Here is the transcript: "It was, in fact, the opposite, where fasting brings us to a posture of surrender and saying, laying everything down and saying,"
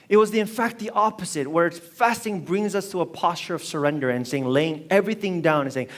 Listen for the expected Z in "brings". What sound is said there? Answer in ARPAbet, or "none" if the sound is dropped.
Z